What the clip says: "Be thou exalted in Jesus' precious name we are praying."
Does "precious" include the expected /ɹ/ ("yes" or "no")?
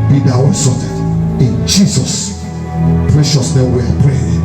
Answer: yes